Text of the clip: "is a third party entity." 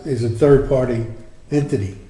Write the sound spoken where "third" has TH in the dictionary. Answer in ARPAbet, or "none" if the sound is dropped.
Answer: TH